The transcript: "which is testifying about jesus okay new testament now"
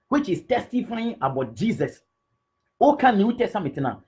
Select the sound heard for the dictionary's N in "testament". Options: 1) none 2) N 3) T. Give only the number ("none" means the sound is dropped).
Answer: 1